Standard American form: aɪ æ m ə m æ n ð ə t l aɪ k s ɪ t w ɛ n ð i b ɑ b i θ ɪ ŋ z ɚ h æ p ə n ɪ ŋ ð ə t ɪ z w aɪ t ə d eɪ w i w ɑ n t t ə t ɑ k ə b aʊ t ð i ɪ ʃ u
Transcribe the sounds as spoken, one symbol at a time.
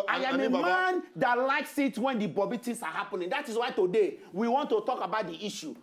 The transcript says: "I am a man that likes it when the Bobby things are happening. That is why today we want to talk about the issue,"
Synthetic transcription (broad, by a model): aɪ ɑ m ə m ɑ n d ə t l aɪ k s ɪ t w ɛ n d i b ɑ b i t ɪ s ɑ h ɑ p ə n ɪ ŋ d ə t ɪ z w aɪ t ə d eɪ w i w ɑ n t t ə t ɑ k ə b aʊ t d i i ʃ u